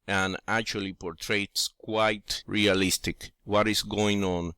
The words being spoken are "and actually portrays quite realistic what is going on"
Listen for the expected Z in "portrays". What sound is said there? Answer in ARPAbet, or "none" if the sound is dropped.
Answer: S